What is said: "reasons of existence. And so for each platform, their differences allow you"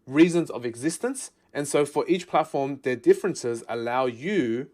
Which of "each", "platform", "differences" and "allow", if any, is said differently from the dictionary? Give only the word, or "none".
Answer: none